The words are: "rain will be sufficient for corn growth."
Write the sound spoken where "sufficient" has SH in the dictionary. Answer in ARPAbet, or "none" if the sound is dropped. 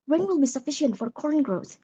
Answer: SH